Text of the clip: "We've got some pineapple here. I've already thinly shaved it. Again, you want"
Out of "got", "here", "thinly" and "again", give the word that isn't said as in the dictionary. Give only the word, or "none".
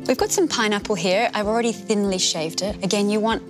none